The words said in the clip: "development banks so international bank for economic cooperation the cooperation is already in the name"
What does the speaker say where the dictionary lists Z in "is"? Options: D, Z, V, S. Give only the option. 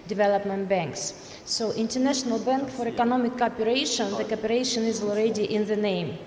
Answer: Z